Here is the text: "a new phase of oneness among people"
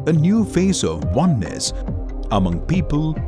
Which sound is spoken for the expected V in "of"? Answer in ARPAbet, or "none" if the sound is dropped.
V